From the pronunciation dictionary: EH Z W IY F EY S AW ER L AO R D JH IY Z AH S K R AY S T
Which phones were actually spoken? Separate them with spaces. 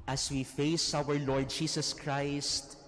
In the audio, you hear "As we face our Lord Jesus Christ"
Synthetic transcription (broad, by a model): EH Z W IY F EY S AW ER L AO R D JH IY S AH S K R AY S T